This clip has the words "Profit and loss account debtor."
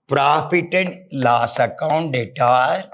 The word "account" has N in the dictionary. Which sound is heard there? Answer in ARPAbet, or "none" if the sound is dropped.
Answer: N